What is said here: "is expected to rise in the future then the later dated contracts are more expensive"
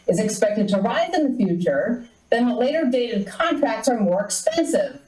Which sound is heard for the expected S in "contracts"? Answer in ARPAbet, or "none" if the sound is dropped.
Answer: S